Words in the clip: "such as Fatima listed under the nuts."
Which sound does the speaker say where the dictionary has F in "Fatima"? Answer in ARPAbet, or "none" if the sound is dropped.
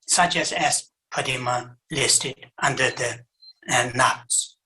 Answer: P